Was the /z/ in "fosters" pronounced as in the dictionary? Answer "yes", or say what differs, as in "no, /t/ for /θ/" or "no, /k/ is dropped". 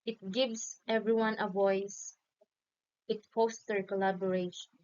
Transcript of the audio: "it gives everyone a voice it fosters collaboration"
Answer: no, /z/ is dropped